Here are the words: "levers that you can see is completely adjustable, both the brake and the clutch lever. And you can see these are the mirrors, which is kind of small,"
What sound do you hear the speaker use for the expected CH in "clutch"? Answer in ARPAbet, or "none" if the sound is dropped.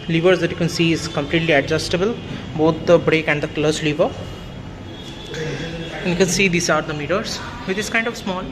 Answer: S